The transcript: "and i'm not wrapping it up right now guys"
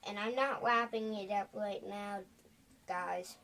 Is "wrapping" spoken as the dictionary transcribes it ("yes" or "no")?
no